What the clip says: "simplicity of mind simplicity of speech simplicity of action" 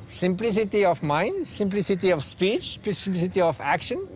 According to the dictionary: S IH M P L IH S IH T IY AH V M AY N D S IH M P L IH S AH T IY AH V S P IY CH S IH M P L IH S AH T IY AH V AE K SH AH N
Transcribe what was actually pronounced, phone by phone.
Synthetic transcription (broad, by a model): S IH M P L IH S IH T IY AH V M AY N D S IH M P L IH S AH T IY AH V S P IY CH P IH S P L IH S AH T IY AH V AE K SH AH N